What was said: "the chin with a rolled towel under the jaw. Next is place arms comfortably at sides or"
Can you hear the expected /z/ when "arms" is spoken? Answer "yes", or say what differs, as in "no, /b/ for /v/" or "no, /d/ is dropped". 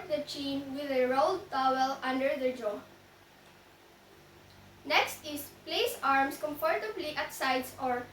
no, /s/ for /z/